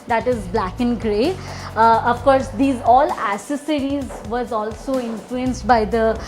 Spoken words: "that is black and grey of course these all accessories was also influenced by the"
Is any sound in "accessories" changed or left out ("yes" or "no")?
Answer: yes